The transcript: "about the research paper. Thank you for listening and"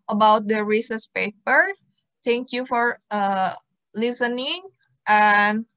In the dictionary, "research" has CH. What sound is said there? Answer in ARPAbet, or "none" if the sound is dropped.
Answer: S